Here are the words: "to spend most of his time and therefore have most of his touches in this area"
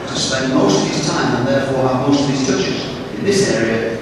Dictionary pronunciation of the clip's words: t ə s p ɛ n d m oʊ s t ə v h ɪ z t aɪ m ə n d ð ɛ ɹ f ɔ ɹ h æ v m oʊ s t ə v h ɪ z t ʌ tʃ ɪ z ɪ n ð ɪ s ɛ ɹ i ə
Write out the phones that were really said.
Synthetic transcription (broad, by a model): t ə s p ɛ n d m oʊ s t ə v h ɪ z t aɪ m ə n ð ɛ ɹ f ɔ ɹ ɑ m oʊ s t ə v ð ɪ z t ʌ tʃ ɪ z ɪ n ð ɪ s ɛ ɹ i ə